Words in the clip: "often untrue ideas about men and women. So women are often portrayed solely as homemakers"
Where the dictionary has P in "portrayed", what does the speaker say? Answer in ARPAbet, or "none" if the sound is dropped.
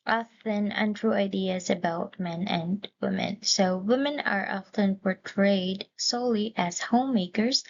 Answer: P